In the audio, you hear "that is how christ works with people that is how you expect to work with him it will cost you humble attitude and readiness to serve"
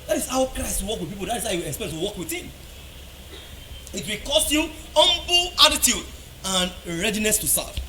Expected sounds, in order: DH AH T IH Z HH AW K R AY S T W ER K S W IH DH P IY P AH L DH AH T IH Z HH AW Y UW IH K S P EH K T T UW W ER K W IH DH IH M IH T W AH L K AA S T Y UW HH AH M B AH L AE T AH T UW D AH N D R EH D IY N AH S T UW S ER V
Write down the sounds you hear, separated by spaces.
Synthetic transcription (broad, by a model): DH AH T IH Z HH AW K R AY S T W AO K W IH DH P IY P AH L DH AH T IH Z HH AW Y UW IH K S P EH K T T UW W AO K W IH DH IH M IH T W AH K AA S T Y UW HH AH M B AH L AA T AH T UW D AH N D R EH D IY N AH S T UW S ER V